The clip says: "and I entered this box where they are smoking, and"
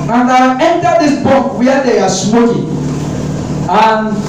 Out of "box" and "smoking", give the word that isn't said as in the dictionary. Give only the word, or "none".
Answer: box